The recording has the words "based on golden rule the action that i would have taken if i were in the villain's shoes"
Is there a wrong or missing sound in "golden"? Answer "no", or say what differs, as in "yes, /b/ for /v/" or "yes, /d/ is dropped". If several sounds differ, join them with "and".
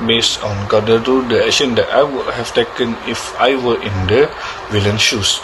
yes, /l/ is dropped